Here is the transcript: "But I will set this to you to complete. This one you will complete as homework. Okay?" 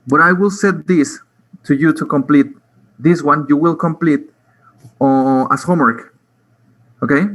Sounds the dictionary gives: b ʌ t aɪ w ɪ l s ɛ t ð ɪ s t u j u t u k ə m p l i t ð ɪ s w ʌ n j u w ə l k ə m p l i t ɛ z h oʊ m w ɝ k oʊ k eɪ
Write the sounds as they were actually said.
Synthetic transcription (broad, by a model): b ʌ t aɪ w ɪ l s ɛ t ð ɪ s t u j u t u k ə m p l i t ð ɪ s w ʌ n j u w ə l k ə m p l i t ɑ s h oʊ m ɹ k oʊ k eɪ